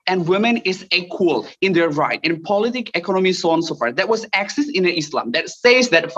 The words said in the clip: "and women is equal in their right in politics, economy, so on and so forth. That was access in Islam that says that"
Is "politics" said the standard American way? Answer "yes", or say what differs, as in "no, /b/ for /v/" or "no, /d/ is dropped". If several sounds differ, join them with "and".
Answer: no, /s/ is dropped